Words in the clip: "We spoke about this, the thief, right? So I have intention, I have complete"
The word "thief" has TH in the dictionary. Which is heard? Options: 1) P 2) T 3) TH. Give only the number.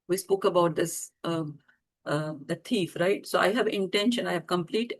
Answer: 2